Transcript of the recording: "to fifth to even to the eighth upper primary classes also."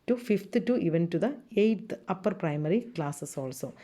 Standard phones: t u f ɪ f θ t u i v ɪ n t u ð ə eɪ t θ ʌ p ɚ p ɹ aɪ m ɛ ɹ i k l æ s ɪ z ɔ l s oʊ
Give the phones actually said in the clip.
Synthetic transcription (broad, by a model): t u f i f t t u i v ɪ n t u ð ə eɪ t t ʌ p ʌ p ɹ aɪ m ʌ ɹ i k l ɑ s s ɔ l s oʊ